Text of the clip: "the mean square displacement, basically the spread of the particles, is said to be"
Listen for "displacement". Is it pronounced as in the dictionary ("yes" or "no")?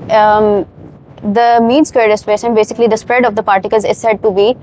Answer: no